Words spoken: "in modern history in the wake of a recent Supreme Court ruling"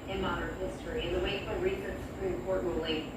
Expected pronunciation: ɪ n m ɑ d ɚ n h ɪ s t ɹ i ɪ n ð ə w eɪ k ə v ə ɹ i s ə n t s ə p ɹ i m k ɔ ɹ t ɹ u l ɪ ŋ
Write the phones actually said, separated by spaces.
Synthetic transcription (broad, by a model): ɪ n m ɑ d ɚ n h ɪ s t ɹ i ɪ n ð ə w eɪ ə ə ɹ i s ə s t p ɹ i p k ɔ ɹ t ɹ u l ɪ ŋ